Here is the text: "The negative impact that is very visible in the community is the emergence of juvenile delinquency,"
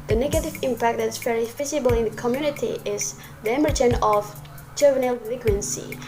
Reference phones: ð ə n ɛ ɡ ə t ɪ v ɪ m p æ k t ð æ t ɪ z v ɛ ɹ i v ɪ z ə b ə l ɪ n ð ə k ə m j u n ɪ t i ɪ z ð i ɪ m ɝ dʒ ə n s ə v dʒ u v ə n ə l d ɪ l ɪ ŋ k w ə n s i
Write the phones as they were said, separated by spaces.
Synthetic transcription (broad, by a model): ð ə n ɛ ɡ ə t ɪ v ɪ m p æ k t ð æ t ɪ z v ɛ ɹ i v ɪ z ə b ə l ɪ n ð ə k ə m j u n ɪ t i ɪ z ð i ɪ m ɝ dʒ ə n ə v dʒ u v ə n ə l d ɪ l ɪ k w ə n s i